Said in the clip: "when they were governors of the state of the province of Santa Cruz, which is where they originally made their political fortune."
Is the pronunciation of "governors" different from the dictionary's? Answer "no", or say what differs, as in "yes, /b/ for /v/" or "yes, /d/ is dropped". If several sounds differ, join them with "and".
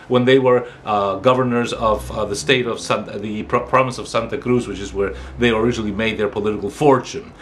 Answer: no